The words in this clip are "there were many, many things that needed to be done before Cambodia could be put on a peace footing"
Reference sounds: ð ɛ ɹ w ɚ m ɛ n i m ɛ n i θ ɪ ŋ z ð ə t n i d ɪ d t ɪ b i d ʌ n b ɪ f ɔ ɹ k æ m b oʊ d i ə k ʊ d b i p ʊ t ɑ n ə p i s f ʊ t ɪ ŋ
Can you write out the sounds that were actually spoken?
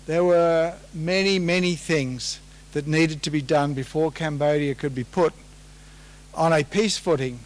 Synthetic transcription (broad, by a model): ð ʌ ɹ w ɚ m ɛ n i m ɛ n i θ ɪ ŋ z ð ə t n i d ɪ d t ɪ b i d ʌ n b ɪ f ɔ ɹ k æ m b oʊ d i ə k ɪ d b i p ʊ t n ə p i s f ʊ t ɪ ŋ